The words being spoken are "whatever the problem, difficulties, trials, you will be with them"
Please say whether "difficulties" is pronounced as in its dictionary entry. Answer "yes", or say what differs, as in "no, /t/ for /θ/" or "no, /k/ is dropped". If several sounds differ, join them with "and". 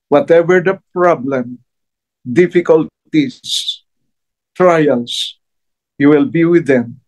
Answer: no, /s/ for /z/